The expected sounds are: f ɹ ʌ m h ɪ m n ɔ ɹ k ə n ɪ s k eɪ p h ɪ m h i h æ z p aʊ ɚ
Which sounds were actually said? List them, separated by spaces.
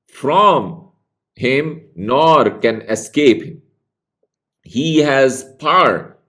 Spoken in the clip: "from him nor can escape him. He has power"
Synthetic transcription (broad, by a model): f ɹ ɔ m h ɪ m n ɔ ɹ k ə n ɪ s k eɪ p h ɪ m h i h æ z p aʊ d